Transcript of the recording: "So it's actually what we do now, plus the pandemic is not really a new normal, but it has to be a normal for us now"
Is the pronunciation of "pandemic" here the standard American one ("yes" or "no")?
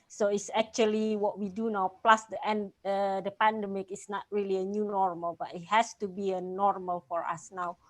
yes